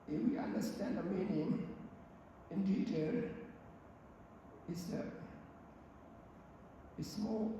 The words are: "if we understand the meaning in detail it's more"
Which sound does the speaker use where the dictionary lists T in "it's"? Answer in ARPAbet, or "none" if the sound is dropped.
S